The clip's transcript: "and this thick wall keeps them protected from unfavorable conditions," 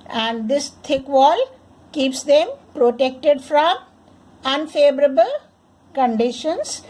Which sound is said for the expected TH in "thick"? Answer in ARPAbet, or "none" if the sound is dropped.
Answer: T